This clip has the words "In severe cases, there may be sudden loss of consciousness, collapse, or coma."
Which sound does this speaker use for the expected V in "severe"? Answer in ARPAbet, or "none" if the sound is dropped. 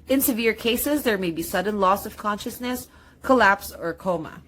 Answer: V